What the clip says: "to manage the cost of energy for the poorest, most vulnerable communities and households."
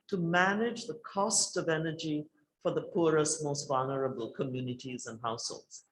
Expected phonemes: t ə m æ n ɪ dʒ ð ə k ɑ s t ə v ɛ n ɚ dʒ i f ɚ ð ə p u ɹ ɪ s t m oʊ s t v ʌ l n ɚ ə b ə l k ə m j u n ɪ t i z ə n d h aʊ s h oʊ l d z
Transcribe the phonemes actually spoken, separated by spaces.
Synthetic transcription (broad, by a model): t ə m æ n ɪ dʒ ð ə k ɑ s t ə v ɛ n ɚ dʒ i f ɚ ð ə p u ɹ ɪ s t m oʊ s t v ʌ l n ɚ ə b ə l k ə m j u n ɪ t i z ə n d h aʊ s h oʊ l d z